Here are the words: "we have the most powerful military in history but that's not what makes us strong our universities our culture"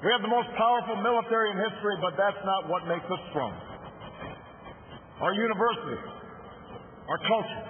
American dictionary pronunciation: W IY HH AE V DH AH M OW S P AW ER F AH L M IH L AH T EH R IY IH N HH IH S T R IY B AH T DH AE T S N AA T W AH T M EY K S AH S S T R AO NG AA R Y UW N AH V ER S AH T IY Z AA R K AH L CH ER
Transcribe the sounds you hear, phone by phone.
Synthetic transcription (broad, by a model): W IY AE V DH AH M OW S P AW ER F L M IH L AH T EH R IY IH N HH IH S T R IY B AH T DH AE T S N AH T W AH T M EY K S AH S S T R AO NG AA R Y UW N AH V ER S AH T IY AA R K AH L CH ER